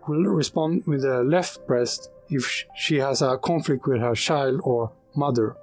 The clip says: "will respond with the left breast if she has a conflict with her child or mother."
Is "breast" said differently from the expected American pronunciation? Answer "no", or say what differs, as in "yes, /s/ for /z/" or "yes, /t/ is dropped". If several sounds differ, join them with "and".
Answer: no